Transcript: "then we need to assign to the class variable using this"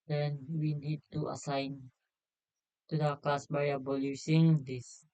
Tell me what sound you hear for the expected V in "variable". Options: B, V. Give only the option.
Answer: B